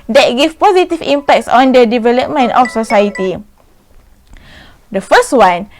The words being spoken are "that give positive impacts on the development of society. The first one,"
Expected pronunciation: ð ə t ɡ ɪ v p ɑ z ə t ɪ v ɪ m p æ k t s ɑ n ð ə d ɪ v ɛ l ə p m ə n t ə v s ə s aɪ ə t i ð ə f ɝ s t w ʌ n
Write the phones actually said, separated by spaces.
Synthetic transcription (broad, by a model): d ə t ɡ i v p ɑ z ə t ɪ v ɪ m p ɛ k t s ɑ n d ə d ɪ v ɛ l ə p m ə n t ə f s ə s aɪ ə t i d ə f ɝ s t w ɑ n